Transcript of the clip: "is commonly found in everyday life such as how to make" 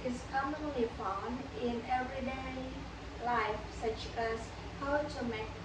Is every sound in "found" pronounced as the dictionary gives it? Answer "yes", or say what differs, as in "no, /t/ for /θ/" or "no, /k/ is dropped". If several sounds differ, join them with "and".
no, /d/ is dropped